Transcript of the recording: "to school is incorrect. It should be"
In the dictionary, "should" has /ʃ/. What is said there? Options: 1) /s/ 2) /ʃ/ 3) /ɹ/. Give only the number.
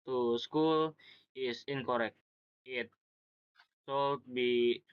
1